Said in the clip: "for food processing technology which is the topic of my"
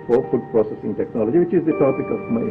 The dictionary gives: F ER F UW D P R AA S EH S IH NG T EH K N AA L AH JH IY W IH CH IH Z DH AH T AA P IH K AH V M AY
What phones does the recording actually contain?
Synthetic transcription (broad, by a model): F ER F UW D P R AA S EH S IH NG T EH K N AA L AH JH IY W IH CH IH Z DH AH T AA B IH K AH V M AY